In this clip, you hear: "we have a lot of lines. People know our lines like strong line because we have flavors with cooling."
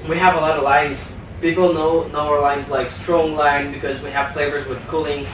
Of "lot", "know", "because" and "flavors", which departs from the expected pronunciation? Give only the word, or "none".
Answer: none